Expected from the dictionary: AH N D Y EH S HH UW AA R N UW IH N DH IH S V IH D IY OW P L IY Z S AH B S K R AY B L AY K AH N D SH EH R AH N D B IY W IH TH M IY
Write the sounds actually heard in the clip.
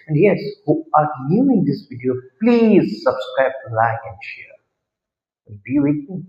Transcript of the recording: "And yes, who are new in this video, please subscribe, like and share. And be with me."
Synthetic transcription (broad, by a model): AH N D Y EH S HH UW AA R L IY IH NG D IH S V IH D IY OW P L IY Z S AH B S K R AY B L AY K AH N D SH EH R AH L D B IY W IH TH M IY